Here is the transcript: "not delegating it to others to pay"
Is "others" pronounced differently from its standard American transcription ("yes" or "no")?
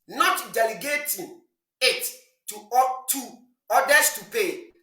yes